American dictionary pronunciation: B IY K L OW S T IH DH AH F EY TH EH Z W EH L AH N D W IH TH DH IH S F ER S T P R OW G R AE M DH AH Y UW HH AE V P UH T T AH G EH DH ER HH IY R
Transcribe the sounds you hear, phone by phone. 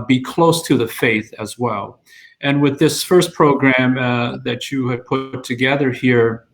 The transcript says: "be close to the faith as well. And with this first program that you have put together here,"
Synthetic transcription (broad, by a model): B IY K L OW S T IH DH AH F EY TH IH Z W EH L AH N W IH DH IH S F ER S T P R OW G R AE M DH AH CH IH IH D P UH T T AH G EH DH ER HH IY R